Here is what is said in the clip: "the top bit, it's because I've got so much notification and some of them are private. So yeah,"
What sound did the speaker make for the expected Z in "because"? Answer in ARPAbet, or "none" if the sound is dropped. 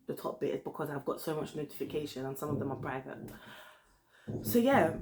Z